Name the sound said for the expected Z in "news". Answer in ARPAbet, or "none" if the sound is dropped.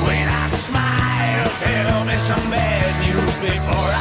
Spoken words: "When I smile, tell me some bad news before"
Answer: Z